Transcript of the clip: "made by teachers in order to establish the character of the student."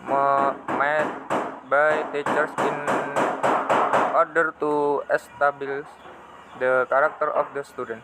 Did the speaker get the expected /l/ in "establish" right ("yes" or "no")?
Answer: no